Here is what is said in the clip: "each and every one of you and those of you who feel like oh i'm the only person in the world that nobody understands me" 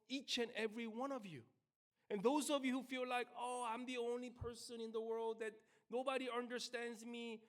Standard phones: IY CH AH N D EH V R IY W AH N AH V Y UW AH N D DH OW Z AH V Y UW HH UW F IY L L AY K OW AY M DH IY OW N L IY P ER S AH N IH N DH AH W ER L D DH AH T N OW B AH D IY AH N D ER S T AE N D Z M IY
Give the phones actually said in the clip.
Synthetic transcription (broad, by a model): IY CH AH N EH V R IY W AH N AH V Y UW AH N DH OW Z AH V Y UW HH UW F IY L L AY K OW AY M DH IY OW N L IY P ER S AH N IH N DH AH W ER L D DH AH T N OW B AH D IY AH N D ER S T AE N D Z M IY